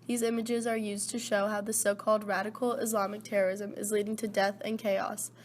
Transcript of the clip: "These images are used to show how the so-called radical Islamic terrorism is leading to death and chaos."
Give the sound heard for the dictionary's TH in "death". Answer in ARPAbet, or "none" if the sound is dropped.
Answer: TH